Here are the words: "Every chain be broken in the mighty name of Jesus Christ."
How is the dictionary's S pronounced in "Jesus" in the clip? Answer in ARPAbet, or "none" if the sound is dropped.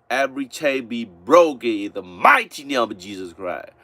S